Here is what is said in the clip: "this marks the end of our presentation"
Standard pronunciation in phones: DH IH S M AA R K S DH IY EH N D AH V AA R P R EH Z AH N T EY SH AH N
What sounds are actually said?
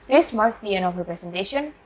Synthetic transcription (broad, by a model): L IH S M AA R S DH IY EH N AH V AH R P R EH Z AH N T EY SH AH N